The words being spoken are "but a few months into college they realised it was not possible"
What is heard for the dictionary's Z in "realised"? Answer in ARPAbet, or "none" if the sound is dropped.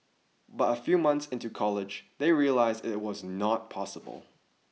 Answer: Z